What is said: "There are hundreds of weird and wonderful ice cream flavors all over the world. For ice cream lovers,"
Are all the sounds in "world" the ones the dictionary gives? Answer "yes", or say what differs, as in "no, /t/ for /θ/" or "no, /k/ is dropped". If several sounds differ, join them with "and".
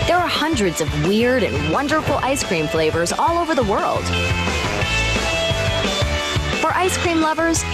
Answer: yes